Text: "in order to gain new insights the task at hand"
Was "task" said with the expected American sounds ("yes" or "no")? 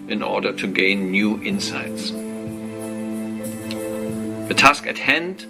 yes